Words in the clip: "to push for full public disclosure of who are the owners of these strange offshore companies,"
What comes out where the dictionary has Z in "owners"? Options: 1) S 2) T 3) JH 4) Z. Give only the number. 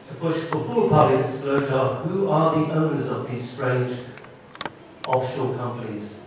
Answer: 4